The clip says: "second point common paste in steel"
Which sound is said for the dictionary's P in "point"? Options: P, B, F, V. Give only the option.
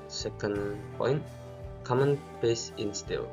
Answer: P